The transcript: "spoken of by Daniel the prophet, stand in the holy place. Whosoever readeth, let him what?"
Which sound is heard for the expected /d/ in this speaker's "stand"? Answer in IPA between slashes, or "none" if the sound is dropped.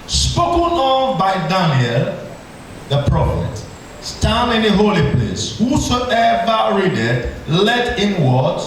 none